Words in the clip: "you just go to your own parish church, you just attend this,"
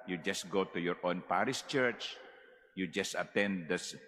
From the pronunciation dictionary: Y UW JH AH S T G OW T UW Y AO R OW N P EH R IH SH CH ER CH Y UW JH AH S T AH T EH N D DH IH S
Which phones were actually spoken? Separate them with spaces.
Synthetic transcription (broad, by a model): Y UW JH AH S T G OW T UW Y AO R OW N P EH R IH S CH ER CH Y UW JH AH S T AH T EH N D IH S